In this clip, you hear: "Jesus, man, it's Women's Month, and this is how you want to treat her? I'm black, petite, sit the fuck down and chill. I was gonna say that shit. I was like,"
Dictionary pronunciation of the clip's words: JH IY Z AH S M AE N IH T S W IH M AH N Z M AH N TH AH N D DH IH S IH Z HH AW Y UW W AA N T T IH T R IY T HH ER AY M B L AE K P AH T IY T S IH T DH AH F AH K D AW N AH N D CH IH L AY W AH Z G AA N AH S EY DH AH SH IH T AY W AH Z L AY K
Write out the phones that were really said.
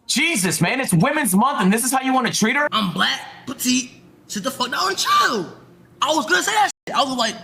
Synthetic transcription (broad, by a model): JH IY Z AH S M AE N IH T S W IH M AH N Z M AH N TH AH N DH IH S IH Z HH AW Y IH W AA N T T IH T R IY T ER AY M B L AE K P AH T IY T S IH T DH AH F AH K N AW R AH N CH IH L AY W AH Z G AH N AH S EY DH AH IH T AY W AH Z L AY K